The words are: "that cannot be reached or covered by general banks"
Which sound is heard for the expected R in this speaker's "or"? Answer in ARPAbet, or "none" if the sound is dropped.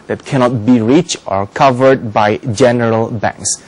R